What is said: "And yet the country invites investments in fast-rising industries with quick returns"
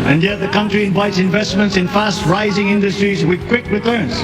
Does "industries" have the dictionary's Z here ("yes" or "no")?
yes